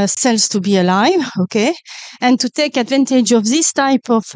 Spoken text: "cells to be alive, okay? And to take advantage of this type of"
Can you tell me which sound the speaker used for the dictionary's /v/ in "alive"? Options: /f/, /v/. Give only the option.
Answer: /v/